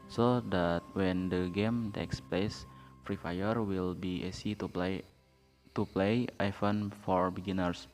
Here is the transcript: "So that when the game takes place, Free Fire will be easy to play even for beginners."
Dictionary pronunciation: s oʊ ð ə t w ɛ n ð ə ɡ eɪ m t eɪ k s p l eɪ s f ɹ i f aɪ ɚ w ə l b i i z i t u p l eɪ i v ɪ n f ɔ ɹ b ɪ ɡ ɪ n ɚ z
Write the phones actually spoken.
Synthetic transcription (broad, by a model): s oʊ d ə t w ɛ n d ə ɡ eɪ m t eɪ k s p l eɪ s f ɹ i f aɪ ɚ w ə l b i i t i t u p l eɪ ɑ f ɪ n f ɔ ɹ b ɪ ɡ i n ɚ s